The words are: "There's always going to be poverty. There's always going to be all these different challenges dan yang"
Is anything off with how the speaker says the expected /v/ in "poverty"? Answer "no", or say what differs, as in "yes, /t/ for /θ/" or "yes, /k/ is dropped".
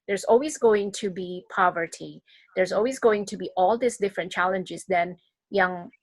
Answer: no